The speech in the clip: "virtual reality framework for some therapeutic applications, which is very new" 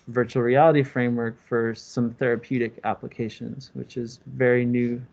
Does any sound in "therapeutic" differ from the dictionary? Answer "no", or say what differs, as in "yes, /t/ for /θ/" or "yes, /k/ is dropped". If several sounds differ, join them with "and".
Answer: no